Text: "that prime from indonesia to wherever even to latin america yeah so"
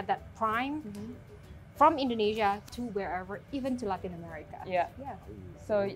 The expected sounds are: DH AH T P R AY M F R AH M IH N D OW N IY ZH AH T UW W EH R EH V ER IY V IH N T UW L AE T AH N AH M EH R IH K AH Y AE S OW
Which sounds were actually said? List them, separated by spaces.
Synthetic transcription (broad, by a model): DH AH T P R AY M F R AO M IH N D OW N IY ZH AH T UW W EH R EH V ER IY V IH N T UW L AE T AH N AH M EH R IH K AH Y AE S OW